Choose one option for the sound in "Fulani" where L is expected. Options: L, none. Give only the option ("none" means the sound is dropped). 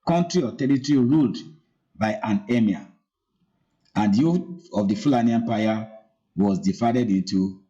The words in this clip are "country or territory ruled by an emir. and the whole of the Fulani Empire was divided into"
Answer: L